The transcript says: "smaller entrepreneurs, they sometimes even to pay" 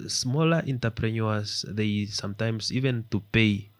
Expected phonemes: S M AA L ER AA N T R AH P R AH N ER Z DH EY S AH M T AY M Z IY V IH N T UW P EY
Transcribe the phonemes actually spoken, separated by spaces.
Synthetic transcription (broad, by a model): S M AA L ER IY N T AH P R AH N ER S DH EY S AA M T AY M S IY V IH N T UW P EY